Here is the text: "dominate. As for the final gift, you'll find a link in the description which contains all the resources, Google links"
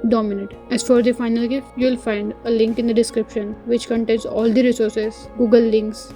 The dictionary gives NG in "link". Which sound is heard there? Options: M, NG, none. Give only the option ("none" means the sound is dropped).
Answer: NG